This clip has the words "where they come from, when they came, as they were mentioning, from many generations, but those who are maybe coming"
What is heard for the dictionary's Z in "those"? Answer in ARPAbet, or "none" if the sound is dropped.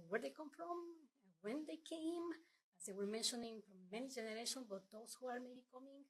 S